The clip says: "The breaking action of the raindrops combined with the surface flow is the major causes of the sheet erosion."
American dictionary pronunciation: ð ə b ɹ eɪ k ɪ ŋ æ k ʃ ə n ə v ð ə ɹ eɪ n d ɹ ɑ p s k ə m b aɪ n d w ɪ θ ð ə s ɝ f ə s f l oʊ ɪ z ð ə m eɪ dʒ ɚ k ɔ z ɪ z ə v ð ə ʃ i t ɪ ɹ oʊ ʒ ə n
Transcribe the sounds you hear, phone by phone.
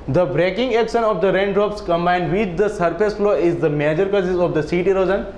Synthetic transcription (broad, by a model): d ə b ɹ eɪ k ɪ ŋ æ k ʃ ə n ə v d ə ɹ eɪ n d ɹ ɑ p s k ə m b aɪ n d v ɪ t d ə s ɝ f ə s f l oʊ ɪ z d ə m eɪ dʒ ɚ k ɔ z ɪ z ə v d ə s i t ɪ ɹ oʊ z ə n